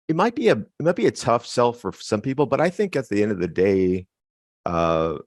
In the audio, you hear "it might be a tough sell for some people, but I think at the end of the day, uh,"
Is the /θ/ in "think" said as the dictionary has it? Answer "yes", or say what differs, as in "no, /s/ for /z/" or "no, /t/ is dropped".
yes